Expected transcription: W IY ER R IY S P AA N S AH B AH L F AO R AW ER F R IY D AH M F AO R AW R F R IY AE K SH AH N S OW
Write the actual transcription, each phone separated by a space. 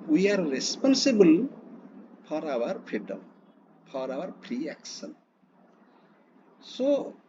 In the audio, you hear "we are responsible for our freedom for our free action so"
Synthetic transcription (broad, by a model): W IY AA R IY S P AA N S AH B AH L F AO R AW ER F R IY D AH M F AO R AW R P R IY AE K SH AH N S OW